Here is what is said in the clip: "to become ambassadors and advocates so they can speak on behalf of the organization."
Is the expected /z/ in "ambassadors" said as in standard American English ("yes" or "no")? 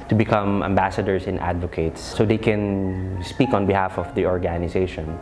no